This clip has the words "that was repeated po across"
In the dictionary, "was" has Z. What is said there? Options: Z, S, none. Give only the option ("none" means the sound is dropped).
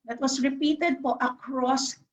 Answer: S